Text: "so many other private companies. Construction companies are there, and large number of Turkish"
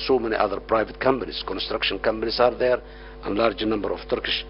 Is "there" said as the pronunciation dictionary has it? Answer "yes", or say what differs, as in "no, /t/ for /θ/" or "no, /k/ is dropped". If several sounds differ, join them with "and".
yes